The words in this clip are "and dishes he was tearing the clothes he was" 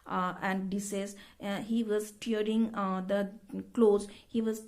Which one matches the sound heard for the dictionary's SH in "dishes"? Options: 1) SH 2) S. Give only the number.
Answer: 2